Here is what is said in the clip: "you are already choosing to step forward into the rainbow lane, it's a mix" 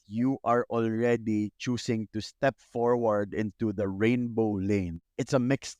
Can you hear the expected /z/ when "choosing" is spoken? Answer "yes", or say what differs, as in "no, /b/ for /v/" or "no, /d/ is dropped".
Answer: no, /s/ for /z/